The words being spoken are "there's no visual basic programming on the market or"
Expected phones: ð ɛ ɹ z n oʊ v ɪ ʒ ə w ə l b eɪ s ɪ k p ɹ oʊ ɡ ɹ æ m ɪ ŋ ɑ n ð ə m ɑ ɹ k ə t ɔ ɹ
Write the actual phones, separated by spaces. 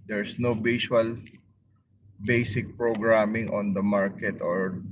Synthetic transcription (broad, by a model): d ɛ ɹ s n oʊ b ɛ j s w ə l b eɪ s ɪ k p ɹ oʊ ɡ ɹ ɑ m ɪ ŋ ɑ n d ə m ɑ ɹ k ə t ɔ ɹ